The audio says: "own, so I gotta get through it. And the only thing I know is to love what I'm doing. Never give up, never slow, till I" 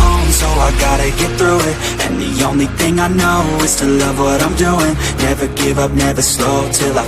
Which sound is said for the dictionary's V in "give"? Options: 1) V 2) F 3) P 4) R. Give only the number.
1